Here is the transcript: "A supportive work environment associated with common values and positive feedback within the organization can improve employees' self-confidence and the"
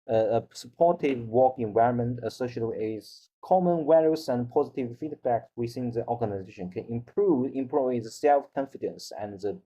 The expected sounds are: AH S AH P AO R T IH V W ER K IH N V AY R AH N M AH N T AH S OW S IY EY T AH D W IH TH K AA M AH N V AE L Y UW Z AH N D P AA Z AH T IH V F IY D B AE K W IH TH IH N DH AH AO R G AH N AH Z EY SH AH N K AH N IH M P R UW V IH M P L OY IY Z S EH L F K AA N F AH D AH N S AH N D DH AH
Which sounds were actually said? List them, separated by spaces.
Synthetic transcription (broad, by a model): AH S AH P AO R T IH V W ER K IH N V AY R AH N M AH N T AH S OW IY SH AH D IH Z K AA M AH N W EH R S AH N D P AA Z AH T IH V F IY D B AE K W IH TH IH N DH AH AO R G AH N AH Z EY SH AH N K AH N IH M P R UW V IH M P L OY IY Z S EH L F K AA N F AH D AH N S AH N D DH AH